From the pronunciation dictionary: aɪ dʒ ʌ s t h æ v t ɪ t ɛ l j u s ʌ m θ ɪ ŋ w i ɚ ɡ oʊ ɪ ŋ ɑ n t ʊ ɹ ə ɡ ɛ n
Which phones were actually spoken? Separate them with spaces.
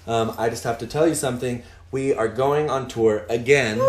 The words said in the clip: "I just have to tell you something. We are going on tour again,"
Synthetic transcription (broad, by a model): aɪ dʒ ʌ s t h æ f t ɪ t ɛ l j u s ʌ m θ ɪ ŋ w i ɚ ɡ oʊ ɪ ŋ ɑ n t ʊ ɹ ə ɡ ɛ n